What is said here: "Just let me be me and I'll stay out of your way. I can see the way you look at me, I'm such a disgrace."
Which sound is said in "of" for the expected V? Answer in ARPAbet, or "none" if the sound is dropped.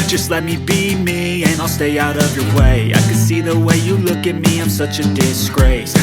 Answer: V